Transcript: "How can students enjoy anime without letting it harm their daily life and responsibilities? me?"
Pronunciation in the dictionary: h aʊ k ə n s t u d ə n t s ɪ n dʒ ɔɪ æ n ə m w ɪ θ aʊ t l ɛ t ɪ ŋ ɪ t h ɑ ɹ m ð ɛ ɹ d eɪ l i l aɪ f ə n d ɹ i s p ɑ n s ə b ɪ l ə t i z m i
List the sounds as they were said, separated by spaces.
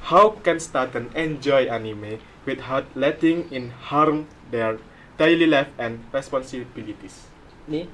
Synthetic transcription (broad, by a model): h aʊ k ə n s t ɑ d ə n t ɪ n dʒ ɔɪ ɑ n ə m w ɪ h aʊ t l ɛ t ɪ ŋ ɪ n h ɑ ɹ m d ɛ ɹ d eɪ l i l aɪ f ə n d ɹ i s p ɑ n s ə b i l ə t i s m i